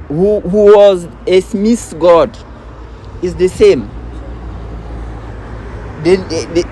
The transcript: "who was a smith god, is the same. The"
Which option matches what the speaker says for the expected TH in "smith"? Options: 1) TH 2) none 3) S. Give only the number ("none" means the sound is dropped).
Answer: 3